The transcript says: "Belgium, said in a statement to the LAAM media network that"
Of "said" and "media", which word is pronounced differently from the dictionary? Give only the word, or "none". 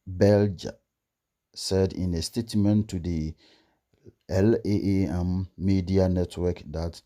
none